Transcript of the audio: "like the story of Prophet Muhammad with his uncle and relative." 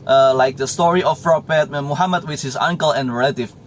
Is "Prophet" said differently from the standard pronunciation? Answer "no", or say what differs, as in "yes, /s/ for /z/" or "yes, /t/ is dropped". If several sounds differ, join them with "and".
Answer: yes, /p/ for /f/